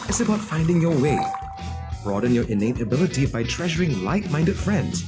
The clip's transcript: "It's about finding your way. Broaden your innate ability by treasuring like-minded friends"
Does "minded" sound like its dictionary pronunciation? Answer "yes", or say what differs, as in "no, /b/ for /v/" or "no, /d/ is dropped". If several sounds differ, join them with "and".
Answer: yes